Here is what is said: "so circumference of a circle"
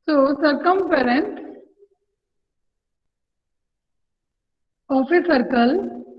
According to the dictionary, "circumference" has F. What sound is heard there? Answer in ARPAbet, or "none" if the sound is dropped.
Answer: P